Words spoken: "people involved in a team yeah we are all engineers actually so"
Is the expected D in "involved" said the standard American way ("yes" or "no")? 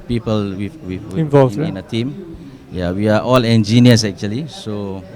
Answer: no